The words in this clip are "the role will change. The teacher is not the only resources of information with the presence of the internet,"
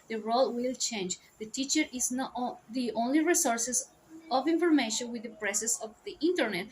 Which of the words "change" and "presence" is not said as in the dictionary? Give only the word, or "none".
presence